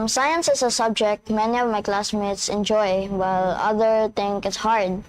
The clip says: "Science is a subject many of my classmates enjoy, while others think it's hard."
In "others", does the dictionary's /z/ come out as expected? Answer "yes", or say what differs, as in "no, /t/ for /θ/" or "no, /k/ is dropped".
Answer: no, /z/ is dropped